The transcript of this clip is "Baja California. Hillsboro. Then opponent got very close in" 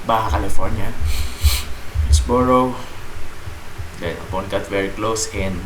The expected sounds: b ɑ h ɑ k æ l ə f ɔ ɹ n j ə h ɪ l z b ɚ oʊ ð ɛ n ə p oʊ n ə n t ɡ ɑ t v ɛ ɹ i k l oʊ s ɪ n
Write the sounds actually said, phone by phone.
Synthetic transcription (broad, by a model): b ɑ h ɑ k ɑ l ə f ɔ ɹ n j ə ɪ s b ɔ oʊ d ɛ ə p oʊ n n ɡ ɑ t v ɛ ɹ i k l oʊ s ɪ n